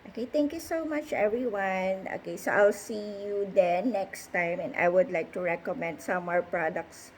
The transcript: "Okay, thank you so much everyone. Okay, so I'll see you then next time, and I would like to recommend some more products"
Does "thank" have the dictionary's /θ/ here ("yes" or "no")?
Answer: no